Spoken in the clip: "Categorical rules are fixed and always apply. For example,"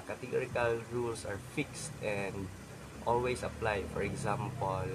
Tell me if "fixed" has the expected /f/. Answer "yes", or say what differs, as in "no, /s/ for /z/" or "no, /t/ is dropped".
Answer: yes